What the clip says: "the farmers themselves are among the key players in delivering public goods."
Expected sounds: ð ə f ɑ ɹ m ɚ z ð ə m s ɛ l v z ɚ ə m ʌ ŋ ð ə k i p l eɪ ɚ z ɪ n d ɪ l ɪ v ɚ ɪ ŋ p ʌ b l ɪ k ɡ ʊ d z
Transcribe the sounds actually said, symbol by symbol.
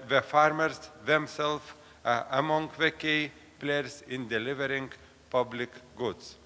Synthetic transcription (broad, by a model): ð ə f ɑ ɹ m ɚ s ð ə m s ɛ l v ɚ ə m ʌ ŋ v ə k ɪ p l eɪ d s ɪ n d ɪ l ɪ v ɚ ɪ ŋ p ʌ b l ɪ k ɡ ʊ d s